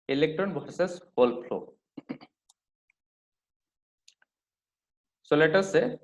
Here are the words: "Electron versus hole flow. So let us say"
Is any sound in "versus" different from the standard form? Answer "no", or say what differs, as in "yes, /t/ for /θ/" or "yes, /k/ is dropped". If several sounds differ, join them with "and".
yes, /b/ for /v/